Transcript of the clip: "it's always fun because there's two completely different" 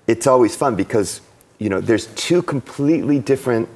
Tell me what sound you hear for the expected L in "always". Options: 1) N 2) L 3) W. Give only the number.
2